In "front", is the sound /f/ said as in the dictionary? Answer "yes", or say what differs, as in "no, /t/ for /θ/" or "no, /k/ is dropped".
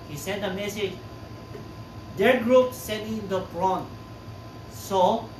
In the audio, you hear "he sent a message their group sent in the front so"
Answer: no, /p/ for /f/